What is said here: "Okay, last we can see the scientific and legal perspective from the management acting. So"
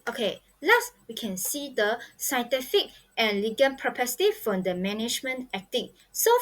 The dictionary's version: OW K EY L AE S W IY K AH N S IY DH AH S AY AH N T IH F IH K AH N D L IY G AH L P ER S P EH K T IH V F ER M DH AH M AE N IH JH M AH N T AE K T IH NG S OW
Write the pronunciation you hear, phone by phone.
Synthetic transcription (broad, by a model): OW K EY L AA S W IY K AH N S IY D AH S AY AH N T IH F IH K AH N L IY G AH N P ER P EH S T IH F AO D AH M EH N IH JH M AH N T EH K T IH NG S OW